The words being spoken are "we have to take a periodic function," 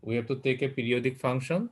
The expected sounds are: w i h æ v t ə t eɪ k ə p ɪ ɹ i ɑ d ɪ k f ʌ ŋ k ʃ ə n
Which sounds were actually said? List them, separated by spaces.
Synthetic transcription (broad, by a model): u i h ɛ p t ə t eɪ k ə p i ɹ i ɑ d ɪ k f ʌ ŋ k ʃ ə n